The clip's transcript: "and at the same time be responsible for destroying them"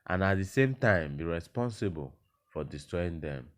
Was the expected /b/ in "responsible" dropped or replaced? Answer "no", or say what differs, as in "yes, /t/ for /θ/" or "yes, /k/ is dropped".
no